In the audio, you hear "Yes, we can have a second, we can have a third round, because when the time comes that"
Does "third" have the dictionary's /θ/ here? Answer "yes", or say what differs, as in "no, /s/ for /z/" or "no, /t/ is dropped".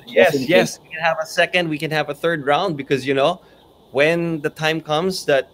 yes